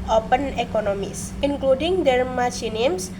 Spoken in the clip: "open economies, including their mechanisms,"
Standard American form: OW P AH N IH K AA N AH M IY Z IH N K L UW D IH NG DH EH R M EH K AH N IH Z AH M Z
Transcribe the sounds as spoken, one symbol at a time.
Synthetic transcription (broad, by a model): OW P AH N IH K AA N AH M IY S IH N K L UW D IH NG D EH R M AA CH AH N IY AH M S